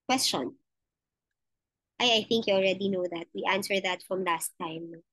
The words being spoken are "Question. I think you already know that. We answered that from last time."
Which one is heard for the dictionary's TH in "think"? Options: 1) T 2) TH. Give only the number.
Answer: 2